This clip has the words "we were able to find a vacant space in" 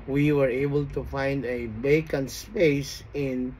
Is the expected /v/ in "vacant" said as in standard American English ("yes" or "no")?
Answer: no